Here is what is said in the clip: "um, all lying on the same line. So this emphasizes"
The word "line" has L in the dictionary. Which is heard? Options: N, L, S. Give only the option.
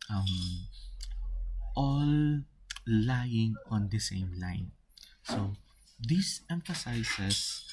L